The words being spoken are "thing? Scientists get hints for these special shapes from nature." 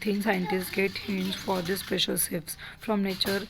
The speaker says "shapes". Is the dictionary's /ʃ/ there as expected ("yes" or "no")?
no